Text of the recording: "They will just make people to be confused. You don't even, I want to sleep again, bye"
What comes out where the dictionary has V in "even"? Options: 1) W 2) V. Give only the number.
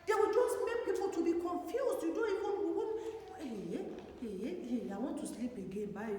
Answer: 1